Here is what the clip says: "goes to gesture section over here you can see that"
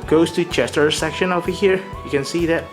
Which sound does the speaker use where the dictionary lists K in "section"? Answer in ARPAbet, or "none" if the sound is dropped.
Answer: K